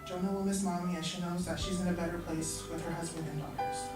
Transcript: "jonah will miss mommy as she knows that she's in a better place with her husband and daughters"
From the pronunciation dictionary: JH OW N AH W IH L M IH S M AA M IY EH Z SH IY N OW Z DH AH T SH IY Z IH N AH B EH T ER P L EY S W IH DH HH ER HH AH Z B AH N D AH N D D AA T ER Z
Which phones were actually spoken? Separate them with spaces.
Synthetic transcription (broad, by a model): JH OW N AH W IH L M IH S M AA M IY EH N SH IY N OW Z DH AH T SH IY Z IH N AH B EH T ER P L EY S W IH DH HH ER HH AH Z B AH N D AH N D D AA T ER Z